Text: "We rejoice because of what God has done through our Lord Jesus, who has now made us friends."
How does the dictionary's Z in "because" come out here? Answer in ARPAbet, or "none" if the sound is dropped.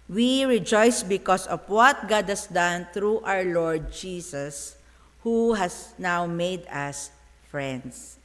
S